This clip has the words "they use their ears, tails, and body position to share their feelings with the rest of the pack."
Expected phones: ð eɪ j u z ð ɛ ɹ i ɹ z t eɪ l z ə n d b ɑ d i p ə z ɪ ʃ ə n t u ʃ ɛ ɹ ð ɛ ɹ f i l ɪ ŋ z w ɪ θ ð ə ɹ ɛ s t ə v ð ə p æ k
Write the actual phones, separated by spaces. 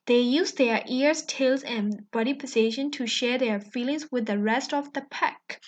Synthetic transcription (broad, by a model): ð eɪ j u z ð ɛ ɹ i ɹ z t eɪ l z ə n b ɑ d i p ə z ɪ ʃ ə n t u ʃ ɛ ɹ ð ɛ ɹ f i l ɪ ŋ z w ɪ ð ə ɹ ɛ s t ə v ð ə p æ k